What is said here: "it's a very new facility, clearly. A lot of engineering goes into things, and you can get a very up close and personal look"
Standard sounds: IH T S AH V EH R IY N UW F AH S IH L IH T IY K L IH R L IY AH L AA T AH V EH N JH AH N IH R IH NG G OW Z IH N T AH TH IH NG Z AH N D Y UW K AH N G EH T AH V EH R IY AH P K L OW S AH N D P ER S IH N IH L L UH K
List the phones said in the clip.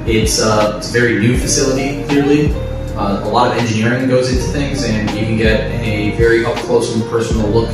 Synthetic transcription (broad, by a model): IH T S AH V EH R IY N UW F AH S IH L IH T IY K L IH R L IY AH L AA T AH V EH N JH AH N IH R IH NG G OW Z IH N T AH TH IH NG Z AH N Y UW K AH N G EH T AH V EH R IY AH F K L OW AH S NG P ER S N L L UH K